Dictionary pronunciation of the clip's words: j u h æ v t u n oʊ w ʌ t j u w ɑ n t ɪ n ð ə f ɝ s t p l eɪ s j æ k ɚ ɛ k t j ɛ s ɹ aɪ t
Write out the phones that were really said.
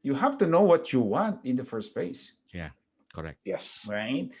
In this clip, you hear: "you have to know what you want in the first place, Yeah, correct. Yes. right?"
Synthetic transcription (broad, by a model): j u h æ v t u n oʊ w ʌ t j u w ɑ n t ɪ n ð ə f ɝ s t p eɪ s j æ k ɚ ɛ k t j ɛ s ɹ aɪ t